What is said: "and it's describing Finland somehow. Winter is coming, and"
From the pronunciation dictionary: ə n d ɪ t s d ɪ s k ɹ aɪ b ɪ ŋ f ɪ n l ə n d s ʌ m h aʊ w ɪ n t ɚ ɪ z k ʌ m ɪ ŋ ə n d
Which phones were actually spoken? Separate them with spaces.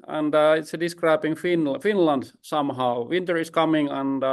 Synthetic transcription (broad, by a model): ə n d ɪ t s d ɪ s k ɹ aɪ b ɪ ŋ f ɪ n l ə n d s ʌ m h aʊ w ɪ n t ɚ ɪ s k ʌ m ɪ ŋ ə n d